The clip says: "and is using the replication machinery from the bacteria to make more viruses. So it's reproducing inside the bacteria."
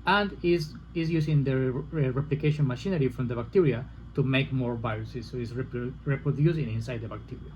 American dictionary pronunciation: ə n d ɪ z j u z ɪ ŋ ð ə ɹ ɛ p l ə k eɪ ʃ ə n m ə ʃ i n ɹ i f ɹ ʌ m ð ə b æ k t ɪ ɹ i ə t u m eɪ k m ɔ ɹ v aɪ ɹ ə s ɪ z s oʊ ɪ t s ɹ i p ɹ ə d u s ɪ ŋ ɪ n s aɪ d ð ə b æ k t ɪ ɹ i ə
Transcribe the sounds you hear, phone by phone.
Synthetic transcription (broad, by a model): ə n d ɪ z j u s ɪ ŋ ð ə ɹ ɛ p l ə k eɪ ʃ ə n m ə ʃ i n ɹ i f ɹ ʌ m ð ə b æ k t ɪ ɹ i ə t u m eɪ k m ɔ ɹ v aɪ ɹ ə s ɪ s oʊ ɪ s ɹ ɹ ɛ p ɹ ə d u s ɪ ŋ ɪ n s aɪ d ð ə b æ k t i ɹ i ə